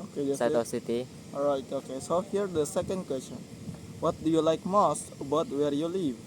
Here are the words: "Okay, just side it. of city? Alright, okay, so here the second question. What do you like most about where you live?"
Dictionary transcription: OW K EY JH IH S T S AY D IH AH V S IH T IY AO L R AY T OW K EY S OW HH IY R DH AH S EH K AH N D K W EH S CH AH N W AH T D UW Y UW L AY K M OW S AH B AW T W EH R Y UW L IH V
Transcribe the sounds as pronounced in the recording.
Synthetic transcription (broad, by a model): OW K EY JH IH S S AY IH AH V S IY T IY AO R AY T OW K EY S OW HH IY R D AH S EH K AH N D K W EH S CH AH N W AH T D UW Y UW L AY K M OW S AH B AW T W EH R Y UW L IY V